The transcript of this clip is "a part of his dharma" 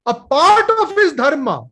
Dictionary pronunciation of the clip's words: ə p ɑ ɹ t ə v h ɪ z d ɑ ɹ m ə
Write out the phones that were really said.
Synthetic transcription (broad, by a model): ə p ɑ ɹ t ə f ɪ s d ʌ ɹ m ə